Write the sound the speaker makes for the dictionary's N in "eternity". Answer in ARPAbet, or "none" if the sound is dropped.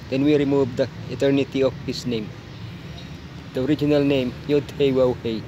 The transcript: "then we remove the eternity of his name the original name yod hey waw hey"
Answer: N